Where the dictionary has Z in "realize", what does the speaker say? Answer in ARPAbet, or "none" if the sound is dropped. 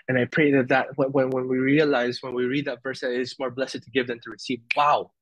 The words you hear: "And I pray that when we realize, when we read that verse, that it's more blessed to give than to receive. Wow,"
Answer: Z